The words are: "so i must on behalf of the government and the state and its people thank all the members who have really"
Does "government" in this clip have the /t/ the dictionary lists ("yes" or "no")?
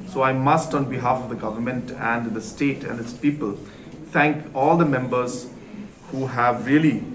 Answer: yes